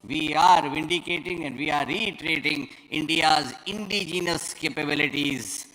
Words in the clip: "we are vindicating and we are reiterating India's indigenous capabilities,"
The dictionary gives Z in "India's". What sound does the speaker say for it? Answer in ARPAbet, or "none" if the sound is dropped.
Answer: Z